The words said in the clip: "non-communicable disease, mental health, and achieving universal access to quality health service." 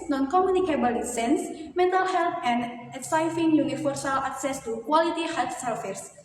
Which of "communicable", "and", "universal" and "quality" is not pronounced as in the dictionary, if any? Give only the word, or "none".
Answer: universal